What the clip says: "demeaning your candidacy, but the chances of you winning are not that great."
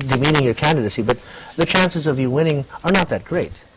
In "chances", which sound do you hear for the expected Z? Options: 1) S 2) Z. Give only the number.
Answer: 2